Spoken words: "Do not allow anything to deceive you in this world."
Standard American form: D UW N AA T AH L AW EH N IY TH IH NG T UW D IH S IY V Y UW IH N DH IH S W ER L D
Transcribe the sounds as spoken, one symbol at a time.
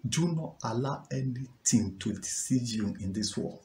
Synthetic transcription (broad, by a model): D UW N AA T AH L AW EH N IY T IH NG T UW D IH S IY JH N IH N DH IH S W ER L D